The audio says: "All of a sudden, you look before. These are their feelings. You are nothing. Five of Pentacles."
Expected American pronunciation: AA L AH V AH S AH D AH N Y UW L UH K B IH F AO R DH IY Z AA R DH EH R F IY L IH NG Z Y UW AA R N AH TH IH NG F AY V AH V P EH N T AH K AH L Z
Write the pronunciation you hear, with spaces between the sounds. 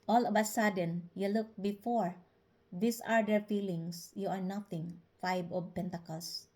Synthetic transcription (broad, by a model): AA L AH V AH S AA D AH N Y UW L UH K B IH F AO R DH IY S AA R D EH R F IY L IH NG S Y UW AA R N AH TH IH NG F AY B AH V P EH N T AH K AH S